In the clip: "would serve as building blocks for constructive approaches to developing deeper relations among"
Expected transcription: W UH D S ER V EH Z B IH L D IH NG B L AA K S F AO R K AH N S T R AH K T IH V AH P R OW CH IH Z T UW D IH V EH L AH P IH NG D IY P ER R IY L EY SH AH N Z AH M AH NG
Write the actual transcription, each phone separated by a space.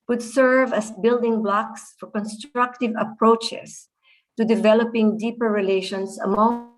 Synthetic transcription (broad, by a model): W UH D S ER V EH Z B IH L D IH NG B L AA K S F AO R K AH N S T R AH K T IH V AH P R OW CH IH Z T UW D IH V EH L AH P IH NG D IY P ER R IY L EY SH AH N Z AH M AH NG